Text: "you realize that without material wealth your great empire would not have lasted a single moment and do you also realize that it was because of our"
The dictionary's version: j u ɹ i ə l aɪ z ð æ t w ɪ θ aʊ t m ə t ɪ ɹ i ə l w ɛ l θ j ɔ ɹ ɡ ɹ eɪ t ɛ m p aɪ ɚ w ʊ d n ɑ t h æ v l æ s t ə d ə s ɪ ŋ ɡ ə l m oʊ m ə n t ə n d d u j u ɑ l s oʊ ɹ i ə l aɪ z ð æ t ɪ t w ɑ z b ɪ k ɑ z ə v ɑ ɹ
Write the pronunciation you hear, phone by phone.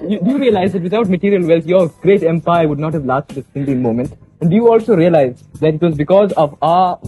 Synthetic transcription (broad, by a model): j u ɹ i ə l aɪ z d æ t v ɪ t aʊ t m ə t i ɹ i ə l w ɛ l t j ɔ ɹ ɡ ɹ eɪ t ɛ m p aɪ ɚ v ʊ d n ɑ t h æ v l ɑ s t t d ə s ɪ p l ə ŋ m oʊ m ə n t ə n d d u j u ɑ l s oʊ ɹ i ə l aɪ z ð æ t ɪ t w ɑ z b ɪ k ɑ z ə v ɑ